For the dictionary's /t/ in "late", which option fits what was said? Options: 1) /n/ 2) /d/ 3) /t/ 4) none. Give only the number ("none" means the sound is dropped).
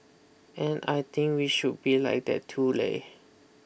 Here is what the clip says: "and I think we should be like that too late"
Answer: 4